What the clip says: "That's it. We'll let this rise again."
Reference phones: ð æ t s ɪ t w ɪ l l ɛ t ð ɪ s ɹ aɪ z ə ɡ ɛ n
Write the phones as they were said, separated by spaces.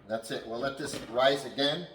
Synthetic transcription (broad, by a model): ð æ t s ɪ t w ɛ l l ɛ t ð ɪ s ɹ aɪ z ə ɡ ɛ n